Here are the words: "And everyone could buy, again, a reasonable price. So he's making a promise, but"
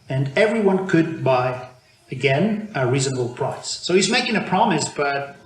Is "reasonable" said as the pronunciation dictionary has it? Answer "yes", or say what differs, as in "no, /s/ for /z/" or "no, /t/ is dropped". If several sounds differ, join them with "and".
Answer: yes